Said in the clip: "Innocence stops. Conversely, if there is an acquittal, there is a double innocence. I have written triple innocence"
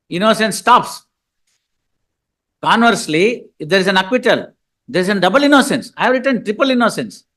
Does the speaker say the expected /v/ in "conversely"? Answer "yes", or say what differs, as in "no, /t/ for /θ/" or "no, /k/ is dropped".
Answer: yes